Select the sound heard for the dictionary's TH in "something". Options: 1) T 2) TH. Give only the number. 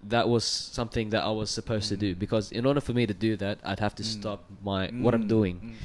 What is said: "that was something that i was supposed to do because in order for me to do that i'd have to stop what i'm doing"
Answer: 2